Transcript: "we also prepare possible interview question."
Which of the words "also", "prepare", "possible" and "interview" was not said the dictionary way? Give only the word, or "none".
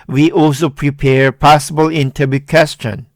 interview